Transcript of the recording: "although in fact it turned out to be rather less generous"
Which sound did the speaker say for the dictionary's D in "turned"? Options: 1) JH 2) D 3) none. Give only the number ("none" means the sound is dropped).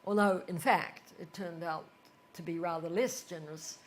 2